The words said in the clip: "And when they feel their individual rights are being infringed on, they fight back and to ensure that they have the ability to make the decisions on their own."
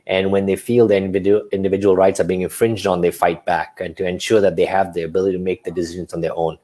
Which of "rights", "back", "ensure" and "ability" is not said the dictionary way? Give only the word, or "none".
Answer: none